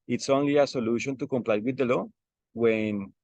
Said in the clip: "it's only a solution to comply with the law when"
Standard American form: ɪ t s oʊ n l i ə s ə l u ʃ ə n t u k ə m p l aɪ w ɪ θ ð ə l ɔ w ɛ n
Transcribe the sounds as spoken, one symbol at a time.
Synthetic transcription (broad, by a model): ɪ t s oʊ n l i ə s ə l u ʃ ə n t u k ə m p l aɪ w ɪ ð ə l ɔ w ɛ n